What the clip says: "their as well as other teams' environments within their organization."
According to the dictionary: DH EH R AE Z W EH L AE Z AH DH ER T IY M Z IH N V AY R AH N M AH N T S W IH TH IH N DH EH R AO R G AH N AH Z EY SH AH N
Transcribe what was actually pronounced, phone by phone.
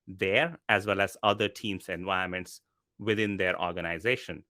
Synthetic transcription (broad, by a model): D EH R AE Z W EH L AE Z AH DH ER T IY M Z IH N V AY AH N M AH N T S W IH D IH N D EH R AO R G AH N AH Z EY SH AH N